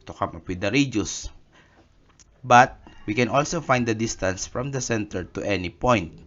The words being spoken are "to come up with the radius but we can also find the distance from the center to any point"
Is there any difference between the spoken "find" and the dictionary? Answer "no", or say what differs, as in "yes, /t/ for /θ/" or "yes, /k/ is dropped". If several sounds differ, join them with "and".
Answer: no